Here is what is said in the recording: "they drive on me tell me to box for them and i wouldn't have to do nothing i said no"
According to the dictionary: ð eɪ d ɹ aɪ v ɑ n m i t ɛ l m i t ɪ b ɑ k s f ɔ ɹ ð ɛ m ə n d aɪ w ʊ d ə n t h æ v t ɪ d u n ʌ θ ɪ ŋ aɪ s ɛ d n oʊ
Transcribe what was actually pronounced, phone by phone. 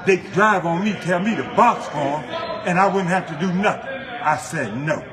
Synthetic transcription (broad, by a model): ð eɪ d ɹ aɪ v n m i t ɛ l m i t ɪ b ɑ k s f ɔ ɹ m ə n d aɪ w ʊ d n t h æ f t ɪ d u n ʌ θ ɪ ŋ aɪ s ɛ d n oʊ